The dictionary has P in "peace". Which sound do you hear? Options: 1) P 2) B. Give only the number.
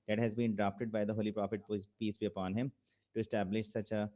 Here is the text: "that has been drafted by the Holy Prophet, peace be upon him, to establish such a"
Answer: 1